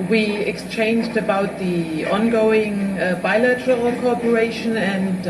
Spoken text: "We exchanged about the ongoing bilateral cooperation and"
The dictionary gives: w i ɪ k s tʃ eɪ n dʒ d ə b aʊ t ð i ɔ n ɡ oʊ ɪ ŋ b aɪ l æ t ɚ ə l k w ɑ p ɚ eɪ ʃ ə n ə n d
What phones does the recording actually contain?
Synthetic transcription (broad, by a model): w i ɪ k s tʃ eɪ n dʒ d ə b aʊ t ð i ɔ n ɡ oʊ ɪ ŋ b aɪ l æ t ɚ ə l k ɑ p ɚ eɪ ʃ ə n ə n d